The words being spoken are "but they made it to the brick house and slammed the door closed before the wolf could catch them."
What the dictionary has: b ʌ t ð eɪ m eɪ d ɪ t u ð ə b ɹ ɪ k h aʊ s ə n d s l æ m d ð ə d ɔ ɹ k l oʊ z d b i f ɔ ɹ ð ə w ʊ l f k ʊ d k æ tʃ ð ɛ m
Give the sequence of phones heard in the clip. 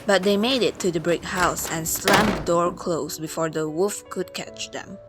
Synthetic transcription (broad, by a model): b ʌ t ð eɪ m eɪ d ɪ t u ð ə b ɹ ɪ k h aʊ s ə n s l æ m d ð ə d ɔ ɹ k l oʊ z b i f ɔ ɹ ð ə w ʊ f k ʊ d k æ tʃ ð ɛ m